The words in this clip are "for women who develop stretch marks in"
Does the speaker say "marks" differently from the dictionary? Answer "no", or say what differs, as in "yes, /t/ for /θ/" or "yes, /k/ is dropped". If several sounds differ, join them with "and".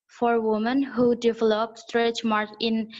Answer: yes, /s/ is dropped